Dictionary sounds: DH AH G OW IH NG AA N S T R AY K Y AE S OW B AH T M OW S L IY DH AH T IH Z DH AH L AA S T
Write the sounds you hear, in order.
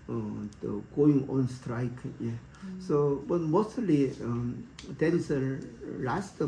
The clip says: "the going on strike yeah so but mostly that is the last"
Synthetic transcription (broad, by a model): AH G OW IH NG AA N S T R AY K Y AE S OW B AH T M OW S IY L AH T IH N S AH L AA S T